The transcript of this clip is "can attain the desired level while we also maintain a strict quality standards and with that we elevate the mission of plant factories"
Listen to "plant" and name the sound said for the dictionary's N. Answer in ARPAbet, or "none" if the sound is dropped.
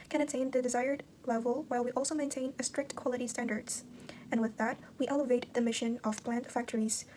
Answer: N